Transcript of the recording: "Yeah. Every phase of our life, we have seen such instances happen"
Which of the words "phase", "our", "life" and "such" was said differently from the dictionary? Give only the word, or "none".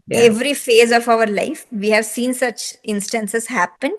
none